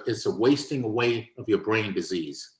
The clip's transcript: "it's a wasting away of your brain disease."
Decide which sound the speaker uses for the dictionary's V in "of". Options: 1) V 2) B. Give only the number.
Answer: 1